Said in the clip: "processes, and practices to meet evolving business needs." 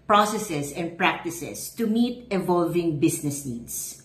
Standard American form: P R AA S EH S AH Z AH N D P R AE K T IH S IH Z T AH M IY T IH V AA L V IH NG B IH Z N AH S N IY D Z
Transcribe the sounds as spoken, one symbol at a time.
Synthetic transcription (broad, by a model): P R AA S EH S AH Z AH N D P R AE K T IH S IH S T AH M IY T IH V AA L V IH NG B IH S N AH S N IY D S